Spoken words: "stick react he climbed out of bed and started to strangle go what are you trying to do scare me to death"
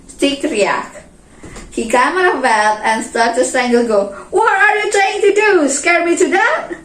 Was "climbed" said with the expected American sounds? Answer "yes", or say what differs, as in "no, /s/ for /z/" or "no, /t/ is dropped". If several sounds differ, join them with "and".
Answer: no, /l/ is dropped and /d/ is dropped